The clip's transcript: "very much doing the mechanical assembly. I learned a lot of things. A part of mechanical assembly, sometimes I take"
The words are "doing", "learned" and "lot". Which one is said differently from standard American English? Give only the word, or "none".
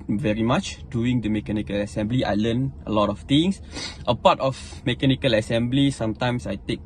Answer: learned